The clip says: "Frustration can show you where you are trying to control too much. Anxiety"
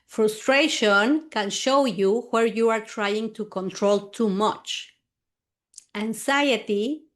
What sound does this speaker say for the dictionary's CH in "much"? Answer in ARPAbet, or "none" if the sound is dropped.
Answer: CH